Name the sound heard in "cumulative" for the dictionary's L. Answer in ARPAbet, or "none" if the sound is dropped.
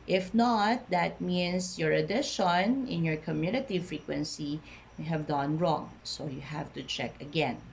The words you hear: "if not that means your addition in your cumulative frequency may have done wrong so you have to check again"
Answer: N